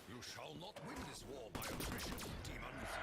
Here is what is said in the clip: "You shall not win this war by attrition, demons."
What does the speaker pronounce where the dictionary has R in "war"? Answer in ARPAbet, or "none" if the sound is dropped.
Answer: R